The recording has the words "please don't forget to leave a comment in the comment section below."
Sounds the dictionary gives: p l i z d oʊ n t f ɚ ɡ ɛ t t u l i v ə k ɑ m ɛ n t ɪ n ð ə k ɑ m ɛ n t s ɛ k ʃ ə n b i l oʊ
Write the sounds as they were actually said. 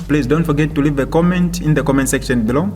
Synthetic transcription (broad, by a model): p l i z d oʊ n t f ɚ ɡ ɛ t t u l i v ə k ɑ m ɛ n t ɪ n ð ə k ɑ m ɛ n t s ɛ k ʃ ə n b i l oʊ